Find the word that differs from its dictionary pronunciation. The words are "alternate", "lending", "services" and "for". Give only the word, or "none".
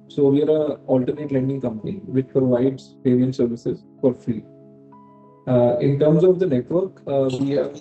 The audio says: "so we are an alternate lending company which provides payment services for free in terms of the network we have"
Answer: none